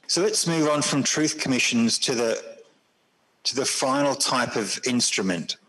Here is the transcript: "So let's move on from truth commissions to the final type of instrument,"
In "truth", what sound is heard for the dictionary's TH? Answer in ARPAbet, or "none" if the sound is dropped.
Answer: TH